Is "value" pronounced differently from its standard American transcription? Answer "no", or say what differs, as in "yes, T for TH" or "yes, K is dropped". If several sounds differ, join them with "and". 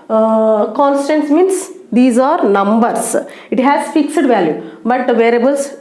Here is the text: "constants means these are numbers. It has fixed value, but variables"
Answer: no